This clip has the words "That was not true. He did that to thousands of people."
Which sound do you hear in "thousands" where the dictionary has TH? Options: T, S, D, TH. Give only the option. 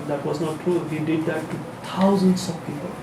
T